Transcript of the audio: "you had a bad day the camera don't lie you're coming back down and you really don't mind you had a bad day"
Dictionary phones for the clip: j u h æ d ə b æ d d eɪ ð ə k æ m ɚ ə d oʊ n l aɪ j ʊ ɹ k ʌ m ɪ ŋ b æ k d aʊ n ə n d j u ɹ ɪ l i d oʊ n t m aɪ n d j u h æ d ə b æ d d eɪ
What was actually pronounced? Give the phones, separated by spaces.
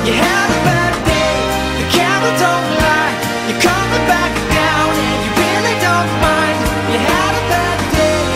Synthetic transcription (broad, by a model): j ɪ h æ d ə b æ d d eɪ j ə k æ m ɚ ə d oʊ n l aɪ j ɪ k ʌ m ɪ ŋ b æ k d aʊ ə n j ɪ ɹ ɪ l i d oʊ n t m aɪ n d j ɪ h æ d ə b æ d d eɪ